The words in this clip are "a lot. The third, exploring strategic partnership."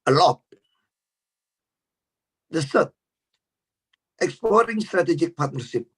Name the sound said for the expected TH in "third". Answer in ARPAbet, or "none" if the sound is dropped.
S